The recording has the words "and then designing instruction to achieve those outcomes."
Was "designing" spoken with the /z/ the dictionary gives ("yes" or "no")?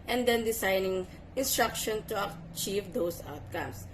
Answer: no